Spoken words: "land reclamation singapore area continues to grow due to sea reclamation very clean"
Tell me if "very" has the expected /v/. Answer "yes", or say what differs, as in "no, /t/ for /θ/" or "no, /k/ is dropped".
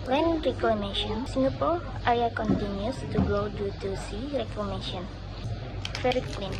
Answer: no, /f/ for /v/